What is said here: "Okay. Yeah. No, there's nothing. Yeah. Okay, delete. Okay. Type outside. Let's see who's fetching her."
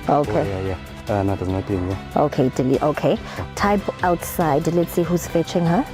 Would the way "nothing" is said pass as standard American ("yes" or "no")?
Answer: no